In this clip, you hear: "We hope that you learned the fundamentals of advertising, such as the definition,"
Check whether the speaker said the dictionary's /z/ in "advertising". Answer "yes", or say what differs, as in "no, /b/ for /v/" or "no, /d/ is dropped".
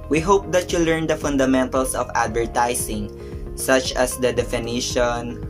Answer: no, /s/ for /z/